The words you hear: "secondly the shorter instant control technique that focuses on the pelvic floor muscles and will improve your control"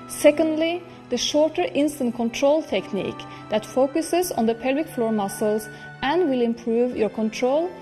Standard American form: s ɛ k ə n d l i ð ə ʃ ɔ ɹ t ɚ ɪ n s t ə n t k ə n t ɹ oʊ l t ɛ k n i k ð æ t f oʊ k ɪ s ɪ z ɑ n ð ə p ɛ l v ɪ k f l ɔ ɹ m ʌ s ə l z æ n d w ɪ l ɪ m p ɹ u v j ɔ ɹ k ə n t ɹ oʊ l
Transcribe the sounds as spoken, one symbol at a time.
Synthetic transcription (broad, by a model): s ɛ k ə n d l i ð ə ʃ ɔ ɹ t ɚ ɪ n s t ə n t k ə n t ɹ oʊ l t ɛ k n i k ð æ t f oʊ k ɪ s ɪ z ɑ n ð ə p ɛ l w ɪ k f l ɔ ɹ m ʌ s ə l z æ n d w ɪ l ɪ m p ɹ u v j ɔ ɹ k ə n t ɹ oʊ l